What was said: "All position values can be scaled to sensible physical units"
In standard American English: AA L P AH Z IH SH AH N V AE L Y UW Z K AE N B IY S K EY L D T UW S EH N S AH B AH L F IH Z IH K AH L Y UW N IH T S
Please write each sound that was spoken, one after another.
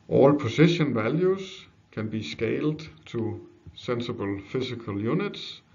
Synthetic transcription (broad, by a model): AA L P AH S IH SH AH N V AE L Y UW S K AE N B IY S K EY L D S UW S EH N S AH B AH L F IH S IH K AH L Y UW N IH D S